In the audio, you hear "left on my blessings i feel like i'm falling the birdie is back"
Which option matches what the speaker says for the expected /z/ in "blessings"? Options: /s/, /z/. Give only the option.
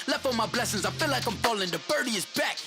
/z/